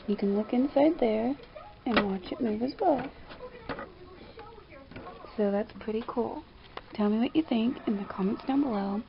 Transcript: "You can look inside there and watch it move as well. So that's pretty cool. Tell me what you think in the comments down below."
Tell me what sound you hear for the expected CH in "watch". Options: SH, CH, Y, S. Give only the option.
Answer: CH